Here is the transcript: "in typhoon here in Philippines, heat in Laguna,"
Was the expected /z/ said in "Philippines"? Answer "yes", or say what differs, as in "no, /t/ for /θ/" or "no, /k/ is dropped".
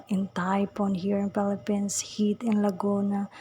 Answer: no, /s/ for /z/